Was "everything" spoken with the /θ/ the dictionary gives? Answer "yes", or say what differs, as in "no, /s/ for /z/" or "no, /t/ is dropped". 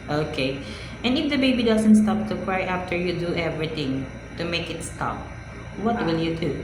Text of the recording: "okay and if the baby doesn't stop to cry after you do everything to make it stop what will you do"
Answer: no, /t/ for /θ/